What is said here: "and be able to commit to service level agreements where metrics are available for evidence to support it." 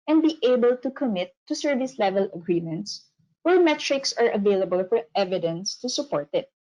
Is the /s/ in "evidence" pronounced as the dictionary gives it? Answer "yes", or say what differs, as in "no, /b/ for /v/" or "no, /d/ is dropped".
yes